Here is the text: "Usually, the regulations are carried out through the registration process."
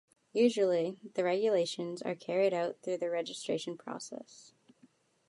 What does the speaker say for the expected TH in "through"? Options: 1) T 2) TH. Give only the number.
2